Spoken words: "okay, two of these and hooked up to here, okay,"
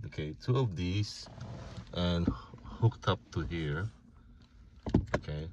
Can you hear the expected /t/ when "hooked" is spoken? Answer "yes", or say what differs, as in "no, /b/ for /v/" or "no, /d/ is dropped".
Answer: yes